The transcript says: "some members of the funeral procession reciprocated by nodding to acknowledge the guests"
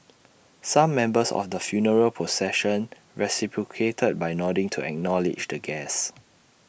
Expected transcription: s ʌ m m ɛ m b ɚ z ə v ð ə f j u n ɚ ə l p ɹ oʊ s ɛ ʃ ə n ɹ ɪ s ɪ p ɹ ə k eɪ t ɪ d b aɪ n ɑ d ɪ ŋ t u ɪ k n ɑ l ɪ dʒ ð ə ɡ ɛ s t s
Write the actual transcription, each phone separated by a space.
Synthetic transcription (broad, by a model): s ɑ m m ɛ m b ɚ s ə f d ə f j u n ɚ ə l p oʊ s ɛ ʃ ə n ɹ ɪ s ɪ p ɹ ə k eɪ t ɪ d b aɪ n ɑ d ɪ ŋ t u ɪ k n ɑ l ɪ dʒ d ə ɡ ɛ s s